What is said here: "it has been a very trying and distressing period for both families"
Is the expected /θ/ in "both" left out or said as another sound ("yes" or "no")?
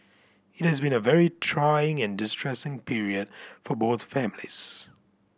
no